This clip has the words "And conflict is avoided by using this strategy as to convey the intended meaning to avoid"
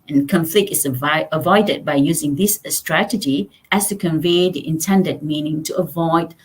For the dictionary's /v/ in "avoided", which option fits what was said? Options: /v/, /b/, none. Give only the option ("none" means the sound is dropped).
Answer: /v/